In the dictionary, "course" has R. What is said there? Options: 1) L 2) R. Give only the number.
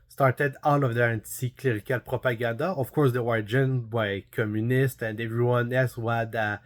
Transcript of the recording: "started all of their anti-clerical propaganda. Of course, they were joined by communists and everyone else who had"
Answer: 2